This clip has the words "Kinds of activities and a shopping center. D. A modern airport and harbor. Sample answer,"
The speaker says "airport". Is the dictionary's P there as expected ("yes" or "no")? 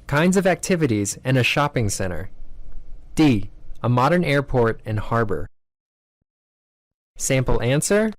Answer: yes